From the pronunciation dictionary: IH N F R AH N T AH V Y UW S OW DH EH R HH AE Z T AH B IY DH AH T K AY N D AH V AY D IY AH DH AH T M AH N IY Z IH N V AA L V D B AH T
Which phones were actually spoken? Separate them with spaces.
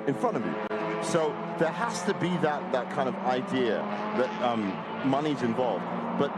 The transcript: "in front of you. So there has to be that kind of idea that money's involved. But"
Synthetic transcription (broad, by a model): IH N F R AH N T AH V Y UW S OW DH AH R HH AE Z T AH B IY DH AH T K AY N D AH V AY D IY AH DH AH T M AH N IY Z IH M V AA L V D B AH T